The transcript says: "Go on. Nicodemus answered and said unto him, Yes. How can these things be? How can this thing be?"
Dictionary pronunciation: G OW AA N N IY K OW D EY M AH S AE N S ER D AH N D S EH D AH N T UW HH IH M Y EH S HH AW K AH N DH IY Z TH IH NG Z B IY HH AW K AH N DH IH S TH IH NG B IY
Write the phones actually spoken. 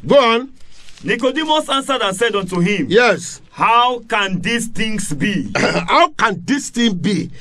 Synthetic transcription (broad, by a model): G OW AA N N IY K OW D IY M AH S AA N S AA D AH N S EH D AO N T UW HH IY M Y EH S HH AW K AH N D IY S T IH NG S B IY HH AW K AH N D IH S T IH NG B IY